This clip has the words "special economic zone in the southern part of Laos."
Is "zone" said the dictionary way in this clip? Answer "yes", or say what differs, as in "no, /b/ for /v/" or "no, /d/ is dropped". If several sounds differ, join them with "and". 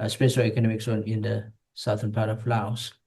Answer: no, /s/ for /z/